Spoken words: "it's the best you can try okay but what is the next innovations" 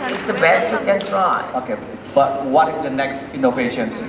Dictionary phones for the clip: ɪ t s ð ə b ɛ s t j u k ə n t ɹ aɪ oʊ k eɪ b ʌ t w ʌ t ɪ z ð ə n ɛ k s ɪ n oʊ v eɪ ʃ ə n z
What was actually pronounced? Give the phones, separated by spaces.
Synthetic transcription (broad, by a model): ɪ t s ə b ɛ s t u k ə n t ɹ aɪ oʊ k eɪ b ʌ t w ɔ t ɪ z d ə n ɛ k s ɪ n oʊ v eɪ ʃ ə n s